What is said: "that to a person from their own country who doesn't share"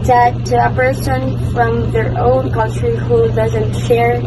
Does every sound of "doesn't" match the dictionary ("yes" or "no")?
yes